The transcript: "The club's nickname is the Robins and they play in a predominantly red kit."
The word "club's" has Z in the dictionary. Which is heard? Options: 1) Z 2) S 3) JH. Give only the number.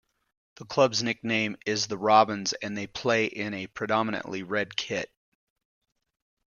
1